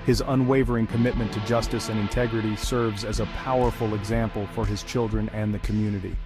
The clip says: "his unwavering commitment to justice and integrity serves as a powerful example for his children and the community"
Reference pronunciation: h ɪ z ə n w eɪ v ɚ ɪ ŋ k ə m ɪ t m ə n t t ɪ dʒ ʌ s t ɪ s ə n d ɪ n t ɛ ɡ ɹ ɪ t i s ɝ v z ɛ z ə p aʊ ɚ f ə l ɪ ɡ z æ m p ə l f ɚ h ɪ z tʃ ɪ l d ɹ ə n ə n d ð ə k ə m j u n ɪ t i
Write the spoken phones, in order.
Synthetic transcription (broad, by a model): h ɪ z ə n w eɪ v ɚ ɪ ŋ k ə m ɪ t m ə n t t ɪ dʒ ʌ s t ɪ s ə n ɪ n t ɛ ɡ ɹ ɪ t i s ɝ v z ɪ z ə p aʊ ɚ f l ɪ ɡ z æ m p l f ɚ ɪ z tʃ ɪ l d ɹ ə n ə n ð ə k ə m j u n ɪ t i